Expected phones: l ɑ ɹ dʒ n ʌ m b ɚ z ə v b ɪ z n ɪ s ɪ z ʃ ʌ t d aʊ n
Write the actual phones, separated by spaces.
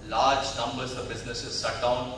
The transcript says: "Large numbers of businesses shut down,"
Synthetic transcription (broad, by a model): l ɑ ɹ dʒ n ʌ m b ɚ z ə v b ɪ z n ɪ s ɪ z s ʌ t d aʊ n